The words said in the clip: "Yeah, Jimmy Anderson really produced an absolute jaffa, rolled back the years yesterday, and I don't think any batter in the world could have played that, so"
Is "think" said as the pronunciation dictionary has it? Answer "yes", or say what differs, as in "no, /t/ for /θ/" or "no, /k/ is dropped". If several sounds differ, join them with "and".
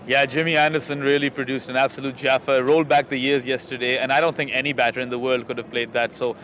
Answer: yes